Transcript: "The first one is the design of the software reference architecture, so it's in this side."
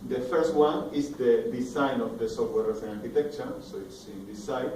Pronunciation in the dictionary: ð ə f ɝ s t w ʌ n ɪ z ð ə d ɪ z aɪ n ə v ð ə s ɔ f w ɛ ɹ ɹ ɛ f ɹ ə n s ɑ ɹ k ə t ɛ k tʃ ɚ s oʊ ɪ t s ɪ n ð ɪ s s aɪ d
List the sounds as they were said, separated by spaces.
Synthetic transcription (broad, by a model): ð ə f ɝ s t w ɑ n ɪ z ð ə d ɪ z aɪ n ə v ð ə s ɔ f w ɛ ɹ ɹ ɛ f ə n ɑ ɹ k ə t ɛ k tʃ ɚ s oʊ ɪ t s ɪ n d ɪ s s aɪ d